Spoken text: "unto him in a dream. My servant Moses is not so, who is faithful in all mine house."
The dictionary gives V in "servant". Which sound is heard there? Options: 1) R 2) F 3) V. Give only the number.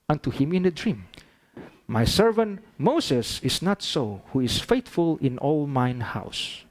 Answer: 3